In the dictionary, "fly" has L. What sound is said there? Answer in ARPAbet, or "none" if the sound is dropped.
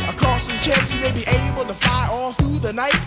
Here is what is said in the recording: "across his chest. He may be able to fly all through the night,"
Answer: none